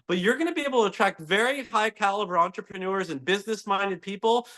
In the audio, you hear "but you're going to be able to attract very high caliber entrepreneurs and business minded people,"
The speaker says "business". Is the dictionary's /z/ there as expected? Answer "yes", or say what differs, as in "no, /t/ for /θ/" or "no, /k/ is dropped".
yes